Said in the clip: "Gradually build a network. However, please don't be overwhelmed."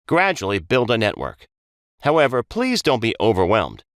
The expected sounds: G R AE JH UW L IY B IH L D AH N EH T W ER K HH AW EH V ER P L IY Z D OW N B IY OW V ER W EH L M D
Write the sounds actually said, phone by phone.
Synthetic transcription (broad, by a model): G R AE JH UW L IY B IH L D AH N EH T W ER K HH AW EH V ER P L IY Z D OW N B IY OW V ER W EH L M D